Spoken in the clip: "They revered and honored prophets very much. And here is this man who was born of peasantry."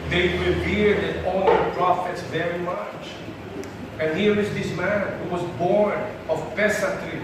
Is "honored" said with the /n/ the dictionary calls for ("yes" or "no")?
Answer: no